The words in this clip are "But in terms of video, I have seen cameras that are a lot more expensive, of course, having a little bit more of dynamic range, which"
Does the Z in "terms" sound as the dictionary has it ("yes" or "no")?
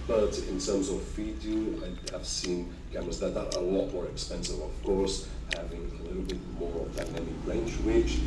yes